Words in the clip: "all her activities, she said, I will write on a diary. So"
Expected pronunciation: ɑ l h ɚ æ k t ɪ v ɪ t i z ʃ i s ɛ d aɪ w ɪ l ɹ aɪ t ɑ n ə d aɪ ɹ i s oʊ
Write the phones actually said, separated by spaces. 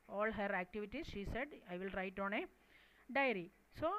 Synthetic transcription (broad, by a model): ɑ l h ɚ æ k t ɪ v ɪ t i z ʃ i s ɛ d aɪ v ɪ l ɹ aɪ t ɑ n ə d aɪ ɹ i s oʊ